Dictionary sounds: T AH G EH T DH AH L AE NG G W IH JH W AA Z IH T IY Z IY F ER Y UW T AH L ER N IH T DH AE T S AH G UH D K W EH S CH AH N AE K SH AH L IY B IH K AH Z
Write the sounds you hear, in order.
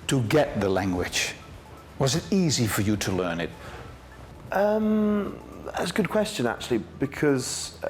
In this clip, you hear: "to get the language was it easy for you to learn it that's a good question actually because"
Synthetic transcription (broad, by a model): T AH G EH T DH AH L AE NG G W IH JH W AA Z IH T IY Z IY F ER Y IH T AH L ER N IH T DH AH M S AH G UH D K W EH S CH AH N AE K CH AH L IY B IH K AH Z